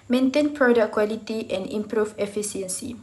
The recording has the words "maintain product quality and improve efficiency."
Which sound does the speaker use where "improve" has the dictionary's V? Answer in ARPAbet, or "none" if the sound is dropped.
F